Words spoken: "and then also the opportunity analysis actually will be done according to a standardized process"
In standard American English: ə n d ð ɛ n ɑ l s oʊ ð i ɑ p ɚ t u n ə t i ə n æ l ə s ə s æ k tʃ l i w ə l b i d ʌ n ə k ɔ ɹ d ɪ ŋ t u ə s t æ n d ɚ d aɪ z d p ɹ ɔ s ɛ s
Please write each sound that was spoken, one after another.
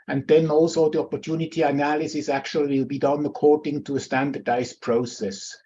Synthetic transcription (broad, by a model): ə n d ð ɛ n ɑ l s oʊ ð i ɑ p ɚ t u n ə t i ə n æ l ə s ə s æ k tʃ i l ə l b i d ʌ n ə k ɔ ɹ d ɪ ŋ t u ə s t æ n d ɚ d aɪ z p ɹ ɔ s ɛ s